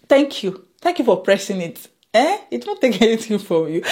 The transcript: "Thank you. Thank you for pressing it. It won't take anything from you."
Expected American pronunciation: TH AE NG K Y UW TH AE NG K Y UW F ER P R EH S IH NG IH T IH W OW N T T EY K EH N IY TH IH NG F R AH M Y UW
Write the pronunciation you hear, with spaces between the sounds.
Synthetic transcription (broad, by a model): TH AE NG K Y UW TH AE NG K Y UW F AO P R EH S IH NG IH T IH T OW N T T EY K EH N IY T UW F R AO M Y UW